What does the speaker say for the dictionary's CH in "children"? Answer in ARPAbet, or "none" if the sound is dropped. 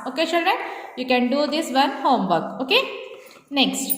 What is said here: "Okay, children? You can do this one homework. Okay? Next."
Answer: SH